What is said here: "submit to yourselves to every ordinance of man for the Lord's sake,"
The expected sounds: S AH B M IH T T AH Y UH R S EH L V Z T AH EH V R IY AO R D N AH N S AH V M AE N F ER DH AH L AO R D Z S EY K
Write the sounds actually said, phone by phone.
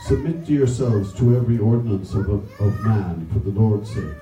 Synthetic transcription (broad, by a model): S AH B M IH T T Y UH R S EH L V Z T AH EH V R IY AO R D N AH N S AH V M AE N F ER DH AH L AO R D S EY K